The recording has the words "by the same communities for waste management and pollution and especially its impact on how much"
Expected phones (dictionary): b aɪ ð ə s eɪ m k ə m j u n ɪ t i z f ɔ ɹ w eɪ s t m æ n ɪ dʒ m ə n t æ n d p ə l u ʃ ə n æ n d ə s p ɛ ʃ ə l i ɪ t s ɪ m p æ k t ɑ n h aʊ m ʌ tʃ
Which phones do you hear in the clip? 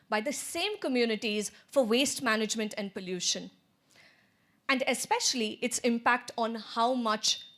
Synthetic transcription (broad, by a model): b aɪ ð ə s eɪ m k ə m j u n ɪ t i z f ɔ ɹ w eɪ s t m æ n ɪ dʒ m ə n t æ n d p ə l u ʃ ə n æ n d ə s p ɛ ʃ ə l i ɪ t s ɪ m p æ k t ɑ n h aʊ m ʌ tʃ